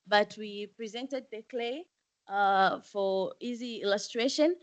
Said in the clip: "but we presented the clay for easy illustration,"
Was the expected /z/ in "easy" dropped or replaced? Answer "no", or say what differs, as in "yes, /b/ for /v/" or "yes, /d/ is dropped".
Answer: no